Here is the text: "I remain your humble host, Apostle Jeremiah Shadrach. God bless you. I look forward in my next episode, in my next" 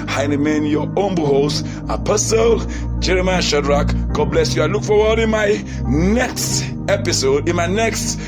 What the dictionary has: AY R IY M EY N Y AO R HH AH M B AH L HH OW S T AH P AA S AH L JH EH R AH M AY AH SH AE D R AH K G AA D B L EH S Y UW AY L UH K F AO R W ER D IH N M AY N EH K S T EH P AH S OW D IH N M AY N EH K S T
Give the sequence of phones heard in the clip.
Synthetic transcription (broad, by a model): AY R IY M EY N Y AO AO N B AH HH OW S AH P AA S AH L JH EH R AH M AY AH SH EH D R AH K G AA D B L EH S Y UW AY L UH K F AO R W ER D IH N M AY N EH K S T EH P AH S OW D IH N M AY N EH K S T